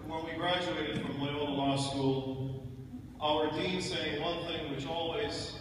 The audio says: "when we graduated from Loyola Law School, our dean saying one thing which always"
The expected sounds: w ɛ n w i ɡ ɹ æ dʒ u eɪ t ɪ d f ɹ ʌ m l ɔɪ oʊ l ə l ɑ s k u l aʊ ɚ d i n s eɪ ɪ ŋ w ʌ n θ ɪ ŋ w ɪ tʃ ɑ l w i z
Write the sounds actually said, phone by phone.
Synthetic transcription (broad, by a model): w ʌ n w i ɡ ɹ æ dʒ u eɪ t ɪ d f ɹ ʌ m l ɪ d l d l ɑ s k u l aʊ ɚ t i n s eɪ ɪ ŋ w ʌ n θ ɪ ŋ w ɪ tʃ ɑ l w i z